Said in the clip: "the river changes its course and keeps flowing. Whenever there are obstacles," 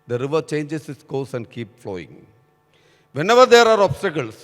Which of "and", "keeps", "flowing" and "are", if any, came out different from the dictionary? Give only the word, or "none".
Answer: keeps